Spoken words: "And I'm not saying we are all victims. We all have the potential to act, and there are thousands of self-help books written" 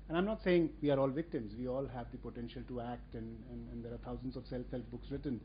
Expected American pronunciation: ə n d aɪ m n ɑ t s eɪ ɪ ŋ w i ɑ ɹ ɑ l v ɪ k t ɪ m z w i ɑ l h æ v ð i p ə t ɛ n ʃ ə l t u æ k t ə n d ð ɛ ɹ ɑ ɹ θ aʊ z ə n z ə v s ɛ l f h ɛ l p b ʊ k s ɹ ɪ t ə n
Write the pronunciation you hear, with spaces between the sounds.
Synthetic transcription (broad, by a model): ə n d aɪ m n ɑ t s eɪ ɪ ŋ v i ɑ ɹ ɑ l v ɪ k t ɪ m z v i ɑ l h æ v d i p ə t ɛ n ʃ ə l t u æ k t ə n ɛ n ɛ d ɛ ɹ t aʊ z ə n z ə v s ɛ l f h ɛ l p b ʊ k s ɹ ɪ t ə n